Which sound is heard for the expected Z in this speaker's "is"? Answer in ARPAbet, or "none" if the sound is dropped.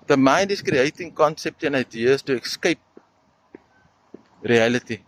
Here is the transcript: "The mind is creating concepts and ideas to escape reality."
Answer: S